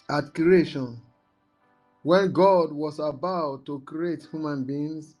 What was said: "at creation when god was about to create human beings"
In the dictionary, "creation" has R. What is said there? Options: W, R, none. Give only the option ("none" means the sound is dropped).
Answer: none